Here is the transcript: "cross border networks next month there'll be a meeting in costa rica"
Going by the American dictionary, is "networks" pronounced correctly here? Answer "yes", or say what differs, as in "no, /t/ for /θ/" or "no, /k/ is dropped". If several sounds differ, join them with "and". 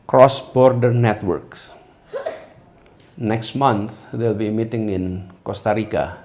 yes